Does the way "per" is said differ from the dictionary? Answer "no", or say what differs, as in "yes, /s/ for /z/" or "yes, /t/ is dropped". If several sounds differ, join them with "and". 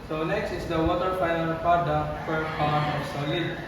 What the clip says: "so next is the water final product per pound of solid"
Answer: yes, /f/ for /p/